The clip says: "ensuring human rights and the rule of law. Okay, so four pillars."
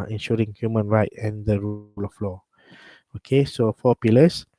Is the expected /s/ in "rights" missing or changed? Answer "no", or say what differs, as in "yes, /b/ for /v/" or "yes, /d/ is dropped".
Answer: yes, /s/ is dropped